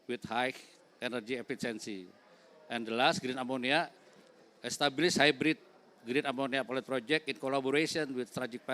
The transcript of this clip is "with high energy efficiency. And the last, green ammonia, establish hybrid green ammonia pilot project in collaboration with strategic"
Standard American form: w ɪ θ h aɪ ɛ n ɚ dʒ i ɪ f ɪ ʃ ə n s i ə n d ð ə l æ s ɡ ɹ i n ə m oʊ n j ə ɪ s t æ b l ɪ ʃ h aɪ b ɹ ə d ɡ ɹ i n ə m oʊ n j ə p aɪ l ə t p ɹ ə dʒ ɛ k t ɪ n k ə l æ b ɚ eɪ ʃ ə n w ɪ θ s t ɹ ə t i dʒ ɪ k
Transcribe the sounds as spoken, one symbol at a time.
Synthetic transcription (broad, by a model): w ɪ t h aɪ ɛ n ɚ dʒ i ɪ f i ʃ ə n s i ə n d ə l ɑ s ɡ ɹ i n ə m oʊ n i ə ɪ s t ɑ b l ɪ s h aɪ b ɹ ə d ɡ ɹ i n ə m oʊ n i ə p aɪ l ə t p ɹ ə dʒ ɛ k t ɪ n k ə l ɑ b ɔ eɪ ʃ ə n w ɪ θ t ɹ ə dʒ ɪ k